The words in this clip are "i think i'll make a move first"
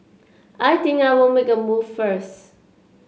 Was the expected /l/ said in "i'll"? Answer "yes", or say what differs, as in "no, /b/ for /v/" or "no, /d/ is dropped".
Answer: no, /w/ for /l/